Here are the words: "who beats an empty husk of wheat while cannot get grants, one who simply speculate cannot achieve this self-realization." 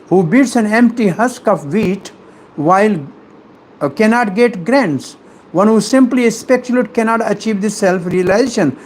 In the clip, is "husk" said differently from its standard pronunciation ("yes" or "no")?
no